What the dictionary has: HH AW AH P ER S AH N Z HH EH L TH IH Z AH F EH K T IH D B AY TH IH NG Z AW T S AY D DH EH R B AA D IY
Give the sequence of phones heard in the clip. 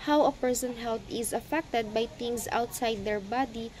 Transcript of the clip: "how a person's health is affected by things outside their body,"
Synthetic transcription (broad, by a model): HH AW AH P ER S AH N HH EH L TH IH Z AH F EH K T IH D B AY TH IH NG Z AW T S AY D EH R B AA D IY